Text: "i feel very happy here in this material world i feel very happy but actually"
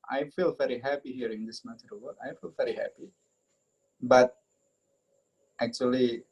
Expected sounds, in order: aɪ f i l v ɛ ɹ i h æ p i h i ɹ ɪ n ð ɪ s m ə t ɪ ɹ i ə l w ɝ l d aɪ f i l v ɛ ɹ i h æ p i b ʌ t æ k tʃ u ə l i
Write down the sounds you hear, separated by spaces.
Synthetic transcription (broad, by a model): aɪ f i l v ɛ ɹ i h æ p i h i ɹ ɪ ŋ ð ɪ s m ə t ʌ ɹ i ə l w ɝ d aɪ f i l v ɛ ɹ i h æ p i b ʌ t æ k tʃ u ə l i